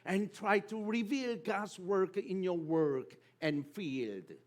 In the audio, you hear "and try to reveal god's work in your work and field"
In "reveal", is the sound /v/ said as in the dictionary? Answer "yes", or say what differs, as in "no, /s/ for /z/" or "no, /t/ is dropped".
yes